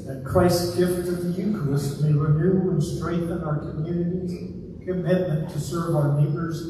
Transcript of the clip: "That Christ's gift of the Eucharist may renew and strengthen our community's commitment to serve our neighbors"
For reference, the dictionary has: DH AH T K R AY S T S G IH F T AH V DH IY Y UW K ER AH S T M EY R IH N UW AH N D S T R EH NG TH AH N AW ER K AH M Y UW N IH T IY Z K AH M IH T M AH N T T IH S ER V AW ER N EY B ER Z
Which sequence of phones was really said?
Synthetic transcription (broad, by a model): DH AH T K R AY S S G IH F T AH V DH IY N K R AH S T M EY R IH N UW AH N S T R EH NG TH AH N AW ER K AH M Y UW N IH T IY Z K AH M IH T M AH N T T IH S ER V AW ER N EY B ER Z